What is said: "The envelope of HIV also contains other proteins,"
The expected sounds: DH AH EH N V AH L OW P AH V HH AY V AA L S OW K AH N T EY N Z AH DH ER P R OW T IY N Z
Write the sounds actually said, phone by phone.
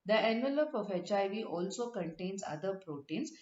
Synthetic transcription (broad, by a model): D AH EH N V AH L OW P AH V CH AY V AA L S OW K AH N T EY N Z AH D ER P R OW T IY N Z